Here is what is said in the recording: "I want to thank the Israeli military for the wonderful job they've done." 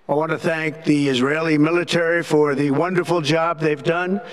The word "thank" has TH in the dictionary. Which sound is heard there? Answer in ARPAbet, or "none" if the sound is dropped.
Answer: TH